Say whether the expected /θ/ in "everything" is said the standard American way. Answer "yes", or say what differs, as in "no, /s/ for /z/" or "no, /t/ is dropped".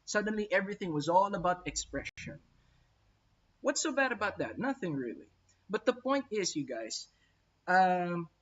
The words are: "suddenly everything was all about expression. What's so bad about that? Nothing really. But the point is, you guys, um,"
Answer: yes